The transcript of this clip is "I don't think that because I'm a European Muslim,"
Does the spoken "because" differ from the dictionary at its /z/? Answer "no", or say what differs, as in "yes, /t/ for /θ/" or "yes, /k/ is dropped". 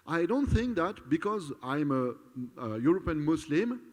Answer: no